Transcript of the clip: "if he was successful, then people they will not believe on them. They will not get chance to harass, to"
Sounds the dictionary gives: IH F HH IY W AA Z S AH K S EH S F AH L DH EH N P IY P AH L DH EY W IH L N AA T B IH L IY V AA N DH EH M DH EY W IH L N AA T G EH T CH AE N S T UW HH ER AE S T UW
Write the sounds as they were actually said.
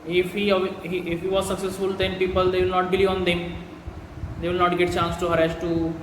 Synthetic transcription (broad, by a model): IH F HH IY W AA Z S AH K S EH S F AH L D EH N P IY P AH L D EY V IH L N AA T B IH L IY AA N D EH M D EY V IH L N AA T G EH T CH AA N S T UW HH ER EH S T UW